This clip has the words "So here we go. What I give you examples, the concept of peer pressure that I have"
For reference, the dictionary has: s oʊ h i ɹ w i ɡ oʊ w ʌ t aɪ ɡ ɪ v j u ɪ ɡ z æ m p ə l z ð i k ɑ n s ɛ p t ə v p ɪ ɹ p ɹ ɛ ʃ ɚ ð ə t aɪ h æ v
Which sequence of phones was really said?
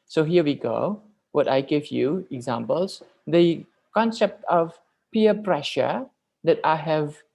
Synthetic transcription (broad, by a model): s oʊ h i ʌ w i ɡ oʊ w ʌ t aɪ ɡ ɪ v j u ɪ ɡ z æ m p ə l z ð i k ɑ n s ɛ p t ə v p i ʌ p ɹ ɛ ʃ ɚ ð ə t aɪ h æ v